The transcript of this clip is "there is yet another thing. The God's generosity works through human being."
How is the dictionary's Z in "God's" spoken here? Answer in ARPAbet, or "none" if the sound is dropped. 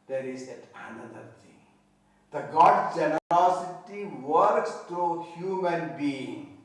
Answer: none